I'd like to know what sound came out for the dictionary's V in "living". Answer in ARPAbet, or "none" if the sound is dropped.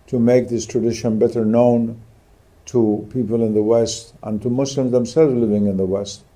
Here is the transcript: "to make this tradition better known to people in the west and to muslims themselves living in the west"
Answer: V